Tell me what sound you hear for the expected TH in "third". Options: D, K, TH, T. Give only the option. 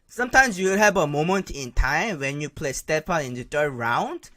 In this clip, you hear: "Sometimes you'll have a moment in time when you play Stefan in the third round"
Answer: T